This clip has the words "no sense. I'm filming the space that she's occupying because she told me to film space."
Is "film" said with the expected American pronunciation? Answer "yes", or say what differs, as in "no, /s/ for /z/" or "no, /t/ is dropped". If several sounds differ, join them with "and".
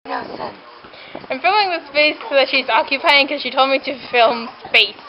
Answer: yes